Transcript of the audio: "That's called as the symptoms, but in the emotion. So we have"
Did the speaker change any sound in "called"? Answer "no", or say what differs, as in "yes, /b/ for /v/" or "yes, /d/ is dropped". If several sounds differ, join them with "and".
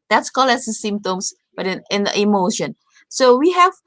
yes, /d/ is dropped